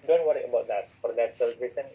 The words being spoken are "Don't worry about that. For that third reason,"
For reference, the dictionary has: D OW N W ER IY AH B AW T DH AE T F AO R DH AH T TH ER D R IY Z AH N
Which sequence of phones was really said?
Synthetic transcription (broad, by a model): D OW N W ER IY AH B AW T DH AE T F AO R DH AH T S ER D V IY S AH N